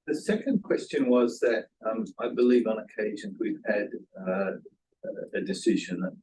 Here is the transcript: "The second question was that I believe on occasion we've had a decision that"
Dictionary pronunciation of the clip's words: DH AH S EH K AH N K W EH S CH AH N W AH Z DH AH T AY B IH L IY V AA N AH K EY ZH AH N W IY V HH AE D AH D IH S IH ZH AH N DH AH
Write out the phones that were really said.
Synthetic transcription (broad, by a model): DH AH S EH K AH N K W EH S CH AH N W AH Z DH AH T AY B IH L IY V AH N AH K EY ZH AH N W IY V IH D AH D IH S IH ZH AH N